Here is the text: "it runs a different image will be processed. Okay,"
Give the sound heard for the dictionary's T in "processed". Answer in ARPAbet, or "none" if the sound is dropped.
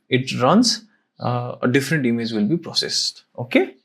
T